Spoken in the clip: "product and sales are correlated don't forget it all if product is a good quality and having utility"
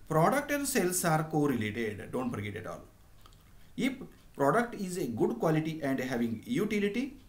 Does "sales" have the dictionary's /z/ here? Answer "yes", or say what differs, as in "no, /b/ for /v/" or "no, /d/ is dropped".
no, /s/ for /z/